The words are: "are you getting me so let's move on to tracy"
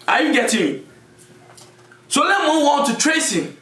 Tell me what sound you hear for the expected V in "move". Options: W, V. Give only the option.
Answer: W